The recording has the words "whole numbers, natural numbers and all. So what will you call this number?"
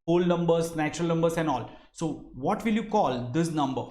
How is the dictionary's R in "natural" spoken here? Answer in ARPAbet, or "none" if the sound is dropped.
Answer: R